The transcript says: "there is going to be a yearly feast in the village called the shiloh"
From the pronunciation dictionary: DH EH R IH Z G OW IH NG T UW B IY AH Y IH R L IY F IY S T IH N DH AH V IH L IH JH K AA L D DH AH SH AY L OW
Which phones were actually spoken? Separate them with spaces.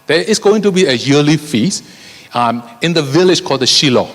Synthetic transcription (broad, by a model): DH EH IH S G OW IH NG T UW B IY AH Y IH L IY F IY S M IH N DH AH V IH L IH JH K AA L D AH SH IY L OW